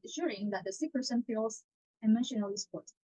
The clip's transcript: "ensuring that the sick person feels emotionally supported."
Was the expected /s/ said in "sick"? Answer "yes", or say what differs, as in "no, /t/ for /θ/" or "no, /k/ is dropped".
yes